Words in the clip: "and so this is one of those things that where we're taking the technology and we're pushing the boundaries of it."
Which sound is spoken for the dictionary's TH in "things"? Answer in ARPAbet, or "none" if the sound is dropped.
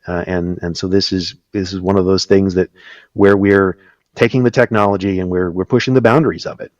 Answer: TH